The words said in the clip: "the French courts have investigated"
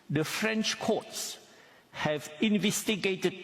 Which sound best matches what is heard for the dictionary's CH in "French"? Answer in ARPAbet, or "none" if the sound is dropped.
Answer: CH